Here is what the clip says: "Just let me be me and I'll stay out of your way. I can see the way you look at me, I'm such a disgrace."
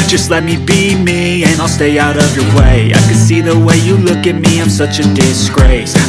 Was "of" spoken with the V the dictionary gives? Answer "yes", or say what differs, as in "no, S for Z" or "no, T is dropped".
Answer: yes